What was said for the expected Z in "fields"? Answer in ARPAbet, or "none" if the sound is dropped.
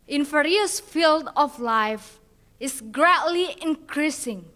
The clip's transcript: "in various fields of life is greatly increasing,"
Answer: none